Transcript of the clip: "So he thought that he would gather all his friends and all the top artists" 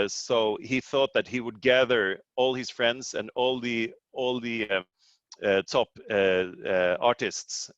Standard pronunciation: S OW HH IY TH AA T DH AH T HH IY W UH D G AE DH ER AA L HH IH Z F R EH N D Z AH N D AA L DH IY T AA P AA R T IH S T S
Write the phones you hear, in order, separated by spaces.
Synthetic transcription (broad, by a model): S OW HH IY TH AA T DH AH T HH IY W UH D G AE DH ER AA L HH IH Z F R EH N D Z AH N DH AA L DH IY T AA P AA R T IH S T S